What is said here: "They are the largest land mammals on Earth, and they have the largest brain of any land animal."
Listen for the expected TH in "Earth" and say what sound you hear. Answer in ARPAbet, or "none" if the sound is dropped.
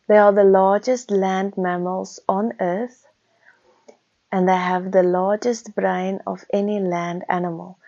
T